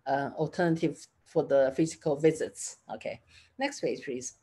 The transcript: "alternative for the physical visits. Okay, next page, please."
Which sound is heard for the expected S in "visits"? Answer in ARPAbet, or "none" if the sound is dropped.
S